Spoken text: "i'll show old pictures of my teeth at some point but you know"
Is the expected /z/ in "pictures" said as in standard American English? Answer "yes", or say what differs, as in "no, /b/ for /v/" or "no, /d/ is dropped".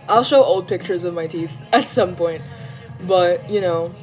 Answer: yes